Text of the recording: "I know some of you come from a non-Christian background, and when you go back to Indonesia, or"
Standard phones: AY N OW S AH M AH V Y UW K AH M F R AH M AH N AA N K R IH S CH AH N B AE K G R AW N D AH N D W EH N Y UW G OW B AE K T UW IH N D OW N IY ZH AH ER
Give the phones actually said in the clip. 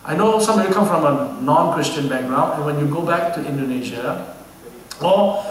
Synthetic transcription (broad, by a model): AY N OW S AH M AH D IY K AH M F R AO M AH N AA N K R IH S CH AH N B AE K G R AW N AH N W EH N Y UW G OW B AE K T UW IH N D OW N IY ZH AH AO